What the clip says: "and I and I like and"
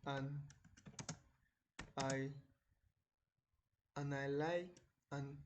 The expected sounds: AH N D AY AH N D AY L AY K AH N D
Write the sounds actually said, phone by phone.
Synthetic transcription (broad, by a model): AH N AY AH N AY L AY AH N